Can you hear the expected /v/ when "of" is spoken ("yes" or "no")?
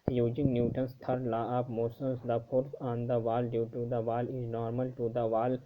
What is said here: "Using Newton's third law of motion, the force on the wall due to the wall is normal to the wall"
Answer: no